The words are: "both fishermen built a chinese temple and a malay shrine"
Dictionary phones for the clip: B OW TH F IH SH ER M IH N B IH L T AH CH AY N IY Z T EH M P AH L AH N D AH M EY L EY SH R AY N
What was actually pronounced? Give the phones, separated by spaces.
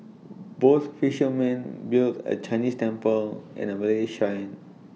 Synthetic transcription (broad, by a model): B OW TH F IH SH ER M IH N B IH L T AH CH AY N IY S T EH M P AH L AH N AH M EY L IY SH AY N